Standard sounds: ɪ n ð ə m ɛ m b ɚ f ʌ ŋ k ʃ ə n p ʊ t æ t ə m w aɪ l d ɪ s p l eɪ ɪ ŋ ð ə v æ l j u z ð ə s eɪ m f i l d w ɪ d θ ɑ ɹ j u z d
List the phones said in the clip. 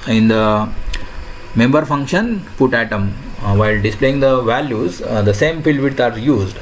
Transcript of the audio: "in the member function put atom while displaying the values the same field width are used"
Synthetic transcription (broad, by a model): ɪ n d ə m ɛ m b ɚ f ʌ ŋ k ʃ ə n p ʊ t æ t ə m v aɪ l d ɪ s p l eɪ ɪ ŋ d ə v æ l j u z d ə s eɪ m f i l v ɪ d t ɑ ɹ j u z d